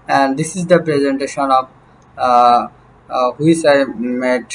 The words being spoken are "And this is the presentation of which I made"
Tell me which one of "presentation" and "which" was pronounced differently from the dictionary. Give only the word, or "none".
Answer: which